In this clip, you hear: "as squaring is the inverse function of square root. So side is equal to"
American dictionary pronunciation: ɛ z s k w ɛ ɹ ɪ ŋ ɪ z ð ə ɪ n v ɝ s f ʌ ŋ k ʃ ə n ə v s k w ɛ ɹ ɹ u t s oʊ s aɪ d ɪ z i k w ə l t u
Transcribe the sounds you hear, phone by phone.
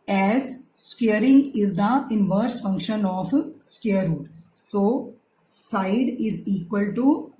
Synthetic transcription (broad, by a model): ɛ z s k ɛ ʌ ɹ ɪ ŋ ɪ z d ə ɪ n v ɝ s f ʌ ŋ k ʃ ə n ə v s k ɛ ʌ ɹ ɹ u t s oʊ s aɪ d ɪ z i k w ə l t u